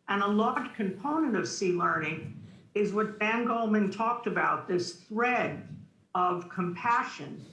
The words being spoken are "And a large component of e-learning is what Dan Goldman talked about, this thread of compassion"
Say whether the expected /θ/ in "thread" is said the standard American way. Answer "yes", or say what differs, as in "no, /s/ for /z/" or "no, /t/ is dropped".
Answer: yes